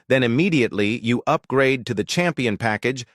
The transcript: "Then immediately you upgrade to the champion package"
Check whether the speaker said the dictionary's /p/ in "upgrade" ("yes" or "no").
yes